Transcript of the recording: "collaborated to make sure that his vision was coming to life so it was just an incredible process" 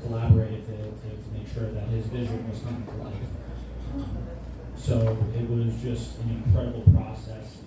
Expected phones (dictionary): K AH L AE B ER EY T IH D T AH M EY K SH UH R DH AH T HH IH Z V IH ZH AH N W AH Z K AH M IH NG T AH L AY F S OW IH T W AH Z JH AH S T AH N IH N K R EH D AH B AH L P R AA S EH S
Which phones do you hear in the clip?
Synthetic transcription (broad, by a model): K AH L AE B ER EY T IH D T AH M EY K SH UH R DH AH T HH IH Z V IH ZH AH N W AH Z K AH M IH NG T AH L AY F S OW IH T W AH Z JH AH S T AH N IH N K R EH D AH B L P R AA S EH S